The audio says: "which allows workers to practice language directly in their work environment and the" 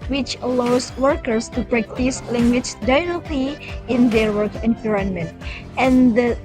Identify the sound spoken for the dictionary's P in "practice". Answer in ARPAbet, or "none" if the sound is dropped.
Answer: B